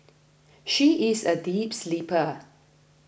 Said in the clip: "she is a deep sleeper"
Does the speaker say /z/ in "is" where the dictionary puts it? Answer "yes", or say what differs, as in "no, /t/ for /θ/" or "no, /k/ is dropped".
yes